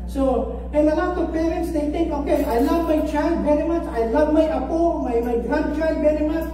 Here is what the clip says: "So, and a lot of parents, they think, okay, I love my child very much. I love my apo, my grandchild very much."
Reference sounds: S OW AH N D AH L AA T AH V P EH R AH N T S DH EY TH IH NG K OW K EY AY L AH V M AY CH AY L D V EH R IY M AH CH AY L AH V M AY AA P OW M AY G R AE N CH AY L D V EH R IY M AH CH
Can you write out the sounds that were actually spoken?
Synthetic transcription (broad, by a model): S OW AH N AH L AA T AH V P EH R AH N T S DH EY T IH NG K OW K EY AY L AH V M AY CH AY L D B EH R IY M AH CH AY L AH V M AY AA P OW M AY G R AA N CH AY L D B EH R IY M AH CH